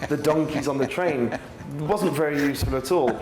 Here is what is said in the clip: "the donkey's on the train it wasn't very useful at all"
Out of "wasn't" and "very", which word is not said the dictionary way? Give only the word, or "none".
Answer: none